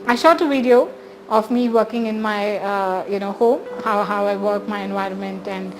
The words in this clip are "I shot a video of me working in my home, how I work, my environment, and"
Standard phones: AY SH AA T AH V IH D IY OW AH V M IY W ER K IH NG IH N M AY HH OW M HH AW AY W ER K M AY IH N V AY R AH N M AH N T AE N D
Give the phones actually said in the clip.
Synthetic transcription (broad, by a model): AY SH AA T AH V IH D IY OW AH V M IY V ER K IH NG IH N M AY HH OW M HH AW AY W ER K M AY IH N V AY R AH N M AH N T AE N D